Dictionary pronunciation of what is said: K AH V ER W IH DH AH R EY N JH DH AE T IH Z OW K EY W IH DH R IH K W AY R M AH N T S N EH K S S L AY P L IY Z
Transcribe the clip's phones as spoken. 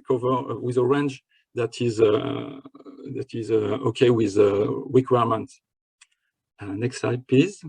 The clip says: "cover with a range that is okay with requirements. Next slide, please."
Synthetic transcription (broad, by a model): K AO V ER W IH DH AH R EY N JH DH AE T IH Z OW K EY W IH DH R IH K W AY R M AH N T N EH K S S AY P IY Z